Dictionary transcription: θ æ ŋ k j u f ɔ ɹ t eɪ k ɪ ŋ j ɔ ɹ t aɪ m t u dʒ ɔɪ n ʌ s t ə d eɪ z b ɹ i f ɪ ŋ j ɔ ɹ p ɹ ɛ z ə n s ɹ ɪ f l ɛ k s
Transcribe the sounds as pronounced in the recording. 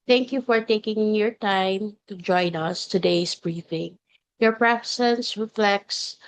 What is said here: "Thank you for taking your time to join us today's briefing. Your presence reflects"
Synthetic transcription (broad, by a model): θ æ ŋ k j u f ɔ ɹ t eɪ k ɪ ŋ j ɔ ɹ t aɪ m t u dʒ ɔɪ n ʌ s t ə d eɪ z b ɹ i f ɪ ŋ j ɔ ɹ p ɹ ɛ s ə n s ɹ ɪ f l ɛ k s